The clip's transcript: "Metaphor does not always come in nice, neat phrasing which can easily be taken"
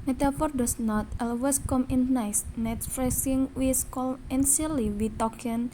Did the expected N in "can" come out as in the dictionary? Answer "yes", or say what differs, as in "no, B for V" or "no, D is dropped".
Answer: no, L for N